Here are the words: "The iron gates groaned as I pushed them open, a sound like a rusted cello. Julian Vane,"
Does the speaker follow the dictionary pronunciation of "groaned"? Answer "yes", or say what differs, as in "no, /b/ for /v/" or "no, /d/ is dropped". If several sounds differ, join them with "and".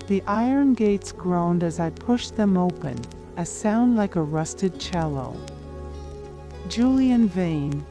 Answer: yes